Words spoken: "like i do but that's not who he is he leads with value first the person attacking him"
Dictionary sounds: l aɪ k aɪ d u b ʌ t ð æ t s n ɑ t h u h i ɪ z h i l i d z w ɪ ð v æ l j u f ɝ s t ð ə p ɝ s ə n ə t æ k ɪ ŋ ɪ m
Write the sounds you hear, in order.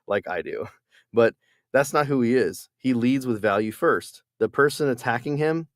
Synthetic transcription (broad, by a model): l aɪ k aɪ d u b ʌ t ð æ t s n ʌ t h u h i ɪ z h i l i d z w ɪ ð v æ l j u f ɝ s t ð ə p ɝ s ə n ə t æ k ɪ ŋ ɪ m